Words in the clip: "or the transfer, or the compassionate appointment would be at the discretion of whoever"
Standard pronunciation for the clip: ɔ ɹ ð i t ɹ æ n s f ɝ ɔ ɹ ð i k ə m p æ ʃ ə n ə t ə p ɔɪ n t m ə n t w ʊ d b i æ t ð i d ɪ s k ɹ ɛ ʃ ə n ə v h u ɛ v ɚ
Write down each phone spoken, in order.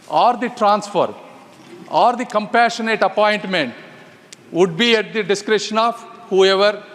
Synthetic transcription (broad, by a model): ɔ ɹ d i t ɹ æ n s f ɝ ɔ ɹ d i k ə m p æ ʃ ə n ə t ə p ɔɪ n t m ə n t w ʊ d b i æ t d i d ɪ s k ɹ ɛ ʃ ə n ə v h u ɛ v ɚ